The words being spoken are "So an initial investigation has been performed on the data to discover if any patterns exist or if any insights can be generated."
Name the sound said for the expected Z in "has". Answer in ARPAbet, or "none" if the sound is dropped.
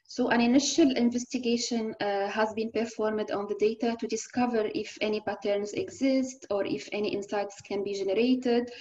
Z